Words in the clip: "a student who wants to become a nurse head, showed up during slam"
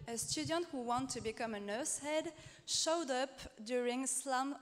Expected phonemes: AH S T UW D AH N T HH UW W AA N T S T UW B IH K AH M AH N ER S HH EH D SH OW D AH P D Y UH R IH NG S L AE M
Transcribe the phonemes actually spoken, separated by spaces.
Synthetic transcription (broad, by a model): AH S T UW D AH N T HH UW W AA N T T UW B IH K AH M AH N ER S HH EH D SH OW D AH P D Y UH R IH NG S L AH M